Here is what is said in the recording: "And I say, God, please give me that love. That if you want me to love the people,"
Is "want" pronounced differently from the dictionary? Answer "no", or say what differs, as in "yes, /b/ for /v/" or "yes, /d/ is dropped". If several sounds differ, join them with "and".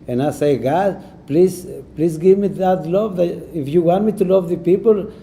no